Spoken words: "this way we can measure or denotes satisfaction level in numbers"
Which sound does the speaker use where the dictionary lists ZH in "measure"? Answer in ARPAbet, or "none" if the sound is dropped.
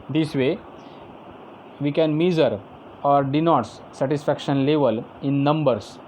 Z